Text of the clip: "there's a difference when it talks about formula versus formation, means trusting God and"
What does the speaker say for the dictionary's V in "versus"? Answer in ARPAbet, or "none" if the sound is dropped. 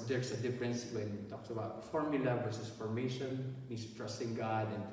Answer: W